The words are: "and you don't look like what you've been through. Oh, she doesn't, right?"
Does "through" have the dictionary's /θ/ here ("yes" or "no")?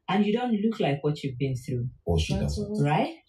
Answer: yes